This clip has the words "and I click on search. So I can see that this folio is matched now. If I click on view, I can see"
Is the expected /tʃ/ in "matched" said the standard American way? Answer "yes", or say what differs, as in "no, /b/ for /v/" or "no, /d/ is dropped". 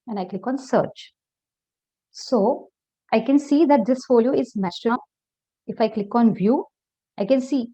no, /s/ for /tʃ/